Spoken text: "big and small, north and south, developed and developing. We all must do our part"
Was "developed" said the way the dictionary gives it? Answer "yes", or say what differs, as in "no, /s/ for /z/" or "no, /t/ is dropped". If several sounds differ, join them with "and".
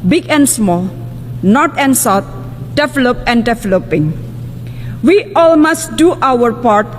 no, /t/ is dropped